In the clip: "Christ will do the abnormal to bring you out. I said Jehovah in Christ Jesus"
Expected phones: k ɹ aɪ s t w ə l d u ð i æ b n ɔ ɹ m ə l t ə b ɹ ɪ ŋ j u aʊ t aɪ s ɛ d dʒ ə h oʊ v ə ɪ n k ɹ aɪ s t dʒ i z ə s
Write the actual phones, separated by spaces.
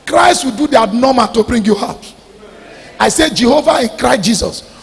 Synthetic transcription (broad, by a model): k ɹ aɪ s t w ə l d u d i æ n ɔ m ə t ə b ɹ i ŋ j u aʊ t aɪ s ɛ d dʒ ə h oʊ v ə ɪ n k ɹ aɪ s t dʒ i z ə s